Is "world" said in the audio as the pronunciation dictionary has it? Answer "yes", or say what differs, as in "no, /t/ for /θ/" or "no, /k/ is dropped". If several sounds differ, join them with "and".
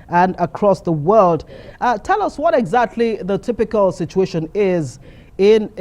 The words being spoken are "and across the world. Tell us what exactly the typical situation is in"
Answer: yes